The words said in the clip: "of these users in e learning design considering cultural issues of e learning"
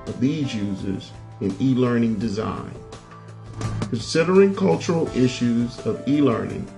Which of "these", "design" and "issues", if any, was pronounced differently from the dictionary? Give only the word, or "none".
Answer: none